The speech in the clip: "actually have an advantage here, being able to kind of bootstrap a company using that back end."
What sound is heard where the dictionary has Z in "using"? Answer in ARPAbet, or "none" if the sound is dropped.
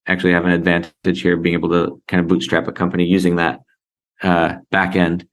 Z